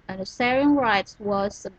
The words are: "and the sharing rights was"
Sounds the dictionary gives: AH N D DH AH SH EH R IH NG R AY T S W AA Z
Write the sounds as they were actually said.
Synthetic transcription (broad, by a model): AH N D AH S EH R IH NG R AY T S W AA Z